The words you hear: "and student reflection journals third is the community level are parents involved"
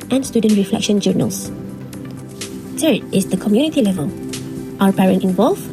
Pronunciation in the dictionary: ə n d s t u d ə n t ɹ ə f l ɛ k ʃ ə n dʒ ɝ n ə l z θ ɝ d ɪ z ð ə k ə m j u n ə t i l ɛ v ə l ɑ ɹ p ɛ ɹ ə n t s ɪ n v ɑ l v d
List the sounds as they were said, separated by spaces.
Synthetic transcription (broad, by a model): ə n s t u d ə n t ɹ ə f l ɛ k ʃ ə n dʒ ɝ n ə l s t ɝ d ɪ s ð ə k ə m j u n ə t i l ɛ v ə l ɑ w p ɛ ɹ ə n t ɪ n v ɑ l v